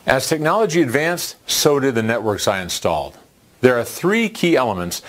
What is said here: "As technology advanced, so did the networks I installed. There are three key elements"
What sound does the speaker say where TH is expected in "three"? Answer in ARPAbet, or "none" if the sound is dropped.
TH